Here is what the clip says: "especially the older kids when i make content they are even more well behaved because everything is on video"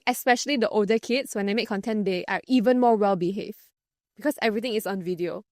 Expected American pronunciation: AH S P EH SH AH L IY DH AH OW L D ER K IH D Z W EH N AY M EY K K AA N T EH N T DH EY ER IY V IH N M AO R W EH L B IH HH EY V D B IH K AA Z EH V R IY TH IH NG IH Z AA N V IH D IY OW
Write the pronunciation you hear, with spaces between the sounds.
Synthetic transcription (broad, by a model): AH S P EH SH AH L IY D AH OW L D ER K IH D S W EH N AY M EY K K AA N T EH N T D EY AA IY V IH N M AO W EH L B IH HH EY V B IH K AA S EH V R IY T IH NG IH S AA N V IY D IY OW